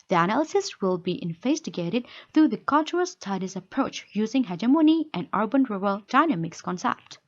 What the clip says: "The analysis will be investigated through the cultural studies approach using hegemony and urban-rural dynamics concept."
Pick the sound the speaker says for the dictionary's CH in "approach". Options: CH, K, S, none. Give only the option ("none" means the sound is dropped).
CH